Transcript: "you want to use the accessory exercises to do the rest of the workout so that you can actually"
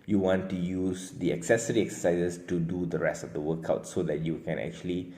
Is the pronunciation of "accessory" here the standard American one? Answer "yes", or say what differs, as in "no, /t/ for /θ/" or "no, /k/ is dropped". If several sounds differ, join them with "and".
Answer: yes